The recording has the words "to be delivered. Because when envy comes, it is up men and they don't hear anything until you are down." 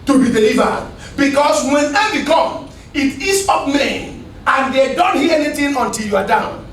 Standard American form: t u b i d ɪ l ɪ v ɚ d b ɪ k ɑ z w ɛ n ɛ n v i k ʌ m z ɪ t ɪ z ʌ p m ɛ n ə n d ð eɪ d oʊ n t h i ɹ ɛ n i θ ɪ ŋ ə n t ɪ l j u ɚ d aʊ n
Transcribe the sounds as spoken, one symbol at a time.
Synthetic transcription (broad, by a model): t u b i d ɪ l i v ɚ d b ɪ k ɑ s w ɛ n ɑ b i k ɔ m ɪ t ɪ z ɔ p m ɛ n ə n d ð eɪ d oʊ n t h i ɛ n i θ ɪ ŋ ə n t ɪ l j u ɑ d aʊ n